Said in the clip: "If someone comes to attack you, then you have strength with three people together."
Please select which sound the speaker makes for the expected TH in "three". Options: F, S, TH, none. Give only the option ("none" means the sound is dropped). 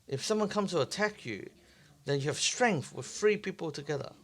F